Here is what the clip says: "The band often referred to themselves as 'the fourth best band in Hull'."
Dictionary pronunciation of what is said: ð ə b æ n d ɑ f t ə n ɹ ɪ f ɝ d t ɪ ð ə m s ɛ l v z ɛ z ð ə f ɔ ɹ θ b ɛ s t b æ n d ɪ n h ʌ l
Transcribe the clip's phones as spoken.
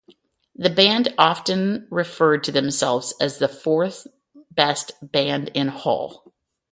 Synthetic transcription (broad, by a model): ð ə b æ n d ɑ f t ə n ɹ ɪ f ɝ d t ɪ ð ə m s ɛ l v z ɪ z ð ə f ɔ ɹ θ b ɛ s t b æ n d ɪ n h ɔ l